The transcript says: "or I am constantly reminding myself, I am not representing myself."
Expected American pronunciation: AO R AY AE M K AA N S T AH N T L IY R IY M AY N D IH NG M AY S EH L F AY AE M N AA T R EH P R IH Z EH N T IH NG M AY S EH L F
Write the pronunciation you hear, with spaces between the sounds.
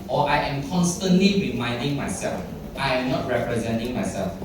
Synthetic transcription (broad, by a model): AO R AY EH M K AA N S T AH N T L IY R IY M AY N D IH NG M AY S EH L F AY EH M N AA T R EH P R IH Z EH N T IH NG M AY S EH L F